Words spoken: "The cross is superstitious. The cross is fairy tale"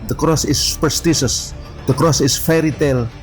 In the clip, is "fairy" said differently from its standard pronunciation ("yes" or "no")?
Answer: no